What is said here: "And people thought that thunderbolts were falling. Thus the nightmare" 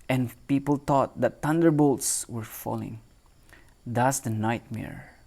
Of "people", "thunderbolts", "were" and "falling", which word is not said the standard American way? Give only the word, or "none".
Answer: thunderbolts